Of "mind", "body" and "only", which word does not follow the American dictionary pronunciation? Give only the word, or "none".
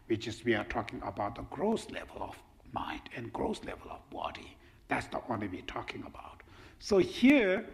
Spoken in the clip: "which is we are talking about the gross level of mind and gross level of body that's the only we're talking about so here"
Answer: only